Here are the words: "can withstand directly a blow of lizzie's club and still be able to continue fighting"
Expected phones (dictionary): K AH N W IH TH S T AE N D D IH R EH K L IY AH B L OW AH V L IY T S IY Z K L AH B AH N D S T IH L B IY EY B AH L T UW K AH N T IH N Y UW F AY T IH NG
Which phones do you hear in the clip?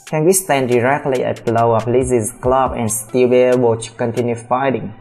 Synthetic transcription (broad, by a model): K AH N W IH S T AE N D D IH R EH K L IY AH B L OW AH P L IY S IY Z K L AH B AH N S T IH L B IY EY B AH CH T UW K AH N T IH N Y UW F AY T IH NG